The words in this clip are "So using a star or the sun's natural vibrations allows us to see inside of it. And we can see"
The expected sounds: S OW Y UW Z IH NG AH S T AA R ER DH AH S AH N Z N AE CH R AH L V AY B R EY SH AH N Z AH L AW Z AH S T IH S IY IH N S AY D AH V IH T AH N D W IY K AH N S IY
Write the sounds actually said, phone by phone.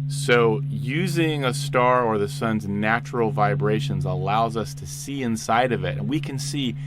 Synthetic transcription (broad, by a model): S OW Y UW Z IH NG AH S T AA R ER DH AH S AH N Z N AE CH R L V AY B R EY SH AH N Z AH L AW Z AH S T IH S IY IH N S AY D AH V IH T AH N W IY K AH N S IY